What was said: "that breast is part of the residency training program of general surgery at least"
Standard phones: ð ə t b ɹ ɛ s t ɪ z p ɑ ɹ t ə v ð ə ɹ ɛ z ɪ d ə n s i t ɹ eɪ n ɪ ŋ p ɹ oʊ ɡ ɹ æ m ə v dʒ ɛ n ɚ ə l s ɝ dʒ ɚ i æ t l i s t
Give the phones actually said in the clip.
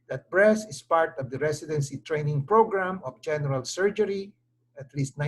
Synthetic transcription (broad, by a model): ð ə t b ɹ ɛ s ɪ s p ɑ ɹ t ə v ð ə ɹ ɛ s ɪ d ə n s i t ɹ eɪ n ɪ ŋ p ɹ oʊ ɡ ɹ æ m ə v dʒ ɛ n ɚ ə l s ɝ dʒ ɚ i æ t l i s t